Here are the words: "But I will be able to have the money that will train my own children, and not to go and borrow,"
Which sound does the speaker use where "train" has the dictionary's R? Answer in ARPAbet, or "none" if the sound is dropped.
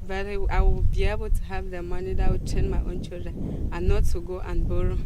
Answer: none